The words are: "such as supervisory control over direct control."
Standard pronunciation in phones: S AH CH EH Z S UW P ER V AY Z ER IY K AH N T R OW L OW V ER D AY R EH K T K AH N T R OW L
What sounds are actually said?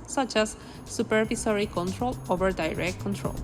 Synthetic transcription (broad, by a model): S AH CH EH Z S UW P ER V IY S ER IY K AH N T R OW L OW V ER D AY R EH K T K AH N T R OW L